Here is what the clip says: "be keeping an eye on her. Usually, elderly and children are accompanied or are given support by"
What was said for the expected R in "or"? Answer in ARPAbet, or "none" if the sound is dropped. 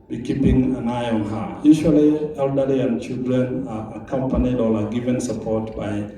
L